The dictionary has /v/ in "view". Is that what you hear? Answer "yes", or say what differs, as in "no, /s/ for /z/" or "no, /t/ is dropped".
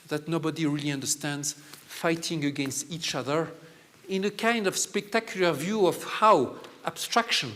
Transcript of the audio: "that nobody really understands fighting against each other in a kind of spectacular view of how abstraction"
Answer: yes